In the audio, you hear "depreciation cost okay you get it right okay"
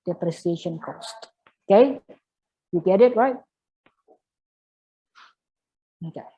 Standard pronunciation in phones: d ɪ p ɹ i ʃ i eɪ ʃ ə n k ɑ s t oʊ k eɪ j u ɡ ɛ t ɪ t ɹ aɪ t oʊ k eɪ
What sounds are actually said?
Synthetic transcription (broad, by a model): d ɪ p ɹ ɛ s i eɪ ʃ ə n k ɑ s t oʊ k eɪ j u ɡ ɛ t ɪ t ɹ aɪ t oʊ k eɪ